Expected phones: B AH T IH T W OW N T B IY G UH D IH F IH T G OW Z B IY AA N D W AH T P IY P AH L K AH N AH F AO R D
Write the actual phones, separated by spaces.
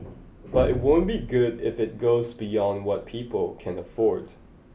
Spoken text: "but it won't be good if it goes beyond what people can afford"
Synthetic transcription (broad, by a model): B AH T IH T W OW N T B IY G UH D IH F IH T G OW Z B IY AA N D W AH T P IY P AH L K AH N AH F AO R D